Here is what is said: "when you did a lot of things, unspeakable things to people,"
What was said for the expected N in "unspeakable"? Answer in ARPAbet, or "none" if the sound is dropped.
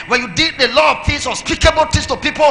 none